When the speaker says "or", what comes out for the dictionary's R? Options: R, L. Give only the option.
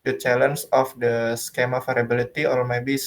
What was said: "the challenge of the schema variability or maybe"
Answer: L